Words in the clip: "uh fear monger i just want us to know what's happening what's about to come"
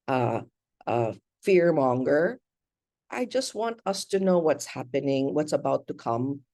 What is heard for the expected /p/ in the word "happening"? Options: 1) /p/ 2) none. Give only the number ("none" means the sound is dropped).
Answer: 1